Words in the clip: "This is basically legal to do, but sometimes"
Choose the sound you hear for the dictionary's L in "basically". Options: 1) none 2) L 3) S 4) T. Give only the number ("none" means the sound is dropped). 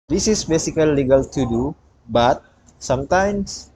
1